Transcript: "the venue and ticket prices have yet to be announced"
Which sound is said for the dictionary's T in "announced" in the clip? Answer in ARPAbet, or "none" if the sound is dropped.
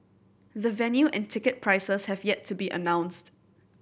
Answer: T